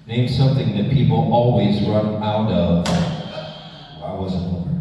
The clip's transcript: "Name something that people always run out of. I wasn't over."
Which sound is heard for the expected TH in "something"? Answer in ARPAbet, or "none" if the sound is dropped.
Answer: TH